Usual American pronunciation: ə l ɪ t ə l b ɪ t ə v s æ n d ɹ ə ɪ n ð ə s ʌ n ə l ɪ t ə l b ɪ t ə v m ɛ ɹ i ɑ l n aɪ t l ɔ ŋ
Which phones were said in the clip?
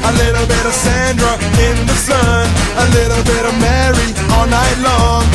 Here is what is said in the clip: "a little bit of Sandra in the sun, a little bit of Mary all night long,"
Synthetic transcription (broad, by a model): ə l ɪ t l b ɪ t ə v s æ n d ɹ ə ɪ n ð ə s ʌ n ə l ɪ t l b ɪ t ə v m ɛ ɹ i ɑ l n aɪ t l ɔ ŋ